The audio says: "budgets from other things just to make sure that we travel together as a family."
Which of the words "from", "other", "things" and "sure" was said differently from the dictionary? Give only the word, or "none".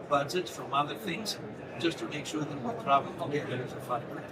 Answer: none